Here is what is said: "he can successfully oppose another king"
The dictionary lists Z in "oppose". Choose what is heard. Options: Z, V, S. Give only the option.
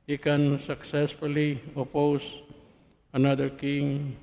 S